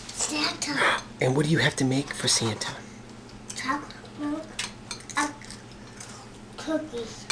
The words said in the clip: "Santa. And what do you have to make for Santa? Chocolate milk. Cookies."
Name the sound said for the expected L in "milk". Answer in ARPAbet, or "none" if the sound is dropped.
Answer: none